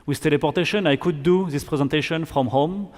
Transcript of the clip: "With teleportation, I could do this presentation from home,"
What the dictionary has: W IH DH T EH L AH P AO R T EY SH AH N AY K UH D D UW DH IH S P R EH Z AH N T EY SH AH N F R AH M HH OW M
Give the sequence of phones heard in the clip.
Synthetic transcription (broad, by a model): W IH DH T EH L AH P AO R T EY SH AH N AY K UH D D UW DH IH S P R EH Z AH N T EY SH AH N F R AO M HH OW M